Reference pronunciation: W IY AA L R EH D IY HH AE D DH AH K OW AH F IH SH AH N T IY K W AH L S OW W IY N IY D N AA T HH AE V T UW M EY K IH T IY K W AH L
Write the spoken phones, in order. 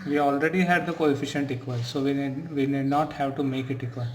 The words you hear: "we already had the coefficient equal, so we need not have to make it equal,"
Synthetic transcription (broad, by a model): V IY AA L R EH D IY HH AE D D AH K OW AH F IH SH AH N T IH K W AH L S OW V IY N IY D N AA T HH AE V T UW M EY K IH T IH K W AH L